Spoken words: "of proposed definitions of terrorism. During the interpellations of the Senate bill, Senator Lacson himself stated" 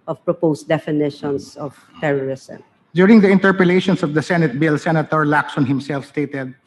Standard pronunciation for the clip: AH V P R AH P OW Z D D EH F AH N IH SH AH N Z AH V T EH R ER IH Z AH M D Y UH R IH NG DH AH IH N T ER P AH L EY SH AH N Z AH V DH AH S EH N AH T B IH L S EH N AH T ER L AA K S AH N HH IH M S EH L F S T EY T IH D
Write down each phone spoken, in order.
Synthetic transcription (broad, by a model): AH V P R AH P OW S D D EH F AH N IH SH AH N S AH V T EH R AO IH S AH M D Y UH R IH NG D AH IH N T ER P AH L EY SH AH N S AH V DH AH S EH N AH T B IH L S EH N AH T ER L AA K S AH N HH IH M S EH L F S T EY T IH D